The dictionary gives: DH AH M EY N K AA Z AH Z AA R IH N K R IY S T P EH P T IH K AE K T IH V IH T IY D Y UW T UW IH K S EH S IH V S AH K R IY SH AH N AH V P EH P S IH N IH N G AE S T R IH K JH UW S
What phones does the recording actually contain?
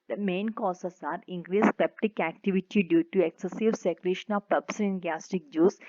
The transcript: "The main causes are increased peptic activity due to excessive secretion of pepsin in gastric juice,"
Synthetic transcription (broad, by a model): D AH M EY N K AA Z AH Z AA R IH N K R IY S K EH P T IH K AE K T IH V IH T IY D Y UW T UW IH K S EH S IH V S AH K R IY SH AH N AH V P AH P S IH IH N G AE S T IH K JH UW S